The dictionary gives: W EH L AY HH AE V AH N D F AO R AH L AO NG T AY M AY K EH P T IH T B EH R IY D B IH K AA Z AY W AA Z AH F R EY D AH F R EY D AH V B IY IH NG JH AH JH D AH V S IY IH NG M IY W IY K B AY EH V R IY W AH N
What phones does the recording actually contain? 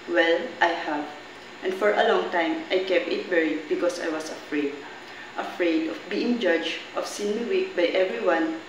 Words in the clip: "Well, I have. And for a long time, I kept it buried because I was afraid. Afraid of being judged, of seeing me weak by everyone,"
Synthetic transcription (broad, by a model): W EH L AY HH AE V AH N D F AO R AH L AO NG T AY M AY K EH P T IH T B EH R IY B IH K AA S AY W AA S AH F R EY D AH F R EY D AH F B IY IH NG JH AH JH AH F S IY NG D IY W IY K B AY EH V R IY W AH N